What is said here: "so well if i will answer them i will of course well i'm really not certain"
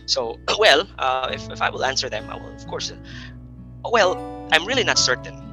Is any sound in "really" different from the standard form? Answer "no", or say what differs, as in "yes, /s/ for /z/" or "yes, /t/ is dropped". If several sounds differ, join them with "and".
no